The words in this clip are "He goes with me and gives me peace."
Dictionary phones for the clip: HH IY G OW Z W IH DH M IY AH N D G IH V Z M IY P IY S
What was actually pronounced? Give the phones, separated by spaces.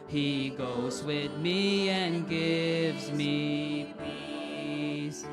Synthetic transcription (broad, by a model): HH IY G OW Z W IH DH M IY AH N G IH V Z M IY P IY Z